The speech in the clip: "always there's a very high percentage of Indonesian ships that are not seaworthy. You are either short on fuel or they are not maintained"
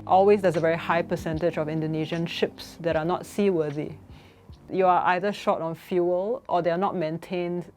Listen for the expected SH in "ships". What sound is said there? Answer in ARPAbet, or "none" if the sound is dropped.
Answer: SH